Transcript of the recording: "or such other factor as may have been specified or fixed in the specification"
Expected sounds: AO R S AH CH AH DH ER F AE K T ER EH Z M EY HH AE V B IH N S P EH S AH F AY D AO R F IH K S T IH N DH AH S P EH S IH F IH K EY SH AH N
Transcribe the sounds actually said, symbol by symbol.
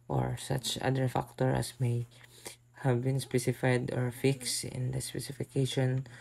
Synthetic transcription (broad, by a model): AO R S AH CH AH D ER F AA K T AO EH S M EY HH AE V B IH N S P EH S AH F AY D AO R F IH K S T IH N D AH S P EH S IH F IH K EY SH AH N